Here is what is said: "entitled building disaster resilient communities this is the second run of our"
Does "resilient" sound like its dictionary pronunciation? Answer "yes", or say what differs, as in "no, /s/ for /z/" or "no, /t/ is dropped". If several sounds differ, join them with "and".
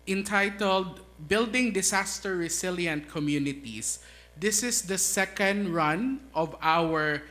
no, /s/ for /z/